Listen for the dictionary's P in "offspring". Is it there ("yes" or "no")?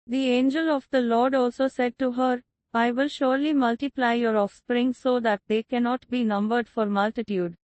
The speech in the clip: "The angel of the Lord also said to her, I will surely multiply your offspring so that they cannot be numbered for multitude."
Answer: yes